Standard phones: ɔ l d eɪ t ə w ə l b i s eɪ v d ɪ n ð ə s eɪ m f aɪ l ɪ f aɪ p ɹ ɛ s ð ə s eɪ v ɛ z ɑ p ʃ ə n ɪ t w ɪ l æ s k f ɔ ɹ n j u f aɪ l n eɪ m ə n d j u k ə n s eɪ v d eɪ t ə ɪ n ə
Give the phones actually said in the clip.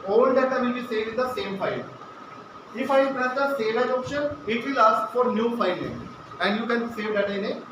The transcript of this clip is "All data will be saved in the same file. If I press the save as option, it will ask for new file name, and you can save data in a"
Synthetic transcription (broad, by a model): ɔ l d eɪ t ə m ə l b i s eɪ d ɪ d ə s eɪ m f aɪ n ɪ f aɪ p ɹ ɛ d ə s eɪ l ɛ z ɑ p ʃ ə n ɪ t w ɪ l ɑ s k f ɔ ɹ n j u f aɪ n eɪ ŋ ə n d j u k ə n s eɪ v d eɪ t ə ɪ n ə